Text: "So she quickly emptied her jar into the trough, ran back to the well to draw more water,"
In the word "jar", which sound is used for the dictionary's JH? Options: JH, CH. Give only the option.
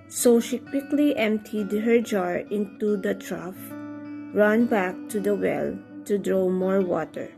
JH